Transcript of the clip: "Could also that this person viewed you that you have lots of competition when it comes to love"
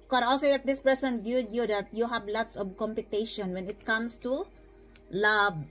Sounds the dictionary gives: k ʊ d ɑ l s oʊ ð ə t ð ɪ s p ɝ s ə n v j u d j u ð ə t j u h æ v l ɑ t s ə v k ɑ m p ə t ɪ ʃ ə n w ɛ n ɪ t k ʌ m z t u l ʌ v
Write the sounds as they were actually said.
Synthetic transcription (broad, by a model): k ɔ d ɑ l s oʊ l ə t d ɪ s p ɝ s ə n v j u d j u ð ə t j u h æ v l ɑ t s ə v k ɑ m p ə t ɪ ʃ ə n w ɛ n ɪ t k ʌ m s t u l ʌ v